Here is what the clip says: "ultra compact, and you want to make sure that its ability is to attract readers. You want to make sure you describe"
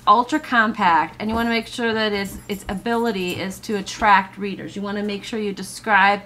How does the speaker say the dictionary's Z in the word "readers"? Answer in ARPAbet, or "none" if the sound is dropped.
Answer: Z